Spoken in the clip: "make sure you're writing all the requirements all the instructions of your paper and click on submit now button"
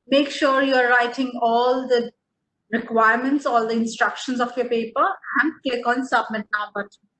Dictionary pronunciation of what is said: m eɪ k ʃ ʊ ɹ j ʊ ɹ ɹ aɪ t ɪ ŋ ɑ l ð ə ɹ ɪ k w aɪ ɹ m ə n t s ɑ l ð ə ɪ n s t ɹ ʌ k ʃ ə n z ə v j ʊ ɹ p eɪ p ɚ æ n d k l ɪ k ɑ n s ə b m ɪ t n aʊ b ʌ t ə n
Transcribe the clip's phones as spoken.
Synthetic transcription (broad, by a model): m eɪ k ʃ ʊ ɹ j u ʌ ɹ aɪ t ɪ ŋ ɑ l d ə ɹ ɪ k w aɪ ɹ m ə n t s ɑ l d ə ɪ n s t ɹ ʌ k ʃ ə n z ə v j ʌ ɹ p eɪ p ɚ æ n d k ɛ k ɑ n s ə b m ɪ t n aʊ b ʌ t